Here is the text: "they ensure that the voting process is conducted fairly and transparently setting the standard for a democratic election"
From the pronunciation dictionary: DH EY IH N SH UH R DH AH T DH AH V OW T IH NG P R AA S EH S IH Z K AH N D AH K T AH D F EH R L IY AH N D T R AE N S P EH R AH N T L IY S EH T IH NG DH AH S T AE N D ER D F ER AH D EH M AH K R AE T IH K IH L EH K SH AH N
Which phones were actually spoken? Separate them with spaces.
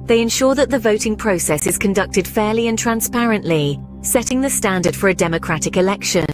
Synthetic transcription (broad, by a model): DH EY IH N SH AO DH AH T DH AH V OW T IH NG P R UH S EH S IH Z K AH N D AH K T AH D F EH L IY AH N T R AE N S P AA R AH N T L IY S EH T IH NG DH AH S T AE N D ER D F ER AH D EH M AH K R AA T IH K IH L EH K SH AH N